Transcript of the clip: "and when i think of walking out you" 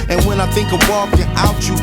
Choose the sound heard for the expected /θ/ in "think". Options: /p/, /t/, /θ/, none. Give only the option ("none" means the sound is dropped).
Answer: /θ/